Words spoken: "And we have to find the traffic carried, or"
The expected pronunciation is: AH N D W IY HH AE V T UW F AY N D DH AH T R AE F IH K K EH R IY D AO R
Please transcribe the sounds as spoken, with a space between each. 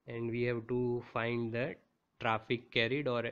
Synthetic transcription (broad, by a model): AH N D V IY HH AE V T UW F AY N D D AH T R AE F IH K K EH R IY D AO R